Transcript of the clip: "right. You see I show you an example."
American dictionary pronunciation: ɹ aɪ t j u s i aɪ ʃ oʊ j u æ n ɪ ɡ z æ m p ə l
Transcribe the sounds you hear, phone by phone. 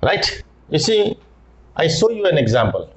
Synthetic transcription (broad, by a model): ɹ aɪ t j u s i aɪ s oʊ j u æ n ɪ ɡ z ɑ m p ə l